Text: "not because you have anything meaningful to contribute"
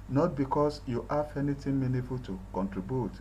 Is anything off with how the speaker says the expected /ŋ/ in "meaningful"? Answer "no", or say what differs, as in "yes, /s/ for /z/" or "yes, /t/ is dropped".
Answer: yes, /ŋ/ is dropped